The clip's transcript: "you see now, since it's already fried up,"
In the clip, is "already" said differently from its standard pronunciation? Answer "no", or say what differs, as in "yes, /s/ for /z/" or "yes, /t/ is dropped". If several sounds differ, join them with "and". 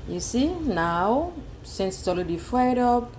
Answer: yes, /l/ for /ɹ/